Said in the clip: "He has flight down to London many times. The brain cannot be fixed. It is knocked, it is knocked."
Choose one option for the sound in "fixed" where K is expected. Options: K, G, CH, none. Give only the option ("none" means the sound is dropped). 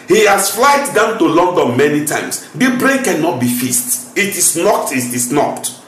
none